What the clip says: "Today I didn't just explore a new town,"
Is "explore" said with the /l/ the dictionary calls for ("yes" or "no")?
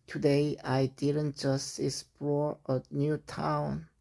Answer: no